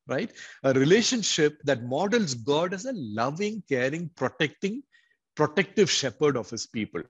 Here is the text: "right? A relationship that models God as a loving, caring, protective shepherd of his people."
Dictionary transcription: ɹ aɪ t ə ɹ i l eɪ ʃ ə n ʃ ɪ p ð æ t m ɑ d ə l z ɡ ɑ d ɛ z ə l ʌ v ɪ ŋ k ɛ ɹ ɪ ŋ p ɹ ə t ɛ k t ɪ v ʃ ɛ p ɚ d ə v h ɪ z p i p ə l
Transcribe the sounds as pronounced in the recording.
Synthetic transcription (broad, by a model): ɹ aɪ t ə ɹ i l eɪ ʃ ə n ʃ ɪ p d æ t m ɑ d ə l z ɡ ɑ d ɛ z ə l ʌ v ɪ ŋ k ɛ ɹ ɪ ŋ p ɹ ə t ɛ k t ɪ v ʃ ɛ p ɚ d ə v h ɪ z p i p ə l